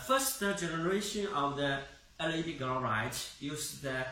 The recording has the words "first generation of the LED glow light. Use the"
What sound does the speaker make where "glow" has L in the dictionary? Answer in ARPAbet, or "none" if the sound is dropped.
none